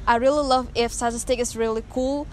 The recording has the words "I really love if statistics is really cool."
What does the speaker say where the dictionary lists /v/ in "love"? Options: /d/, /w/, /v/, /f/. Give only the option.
/v/